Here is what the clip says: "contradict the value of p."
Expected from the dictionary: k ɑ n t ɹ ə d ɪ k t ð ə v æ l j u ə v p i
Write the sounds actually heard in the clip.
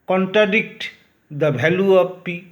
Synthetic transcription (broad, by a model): k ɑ n t ɹ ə d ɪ k t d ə b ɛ l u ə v p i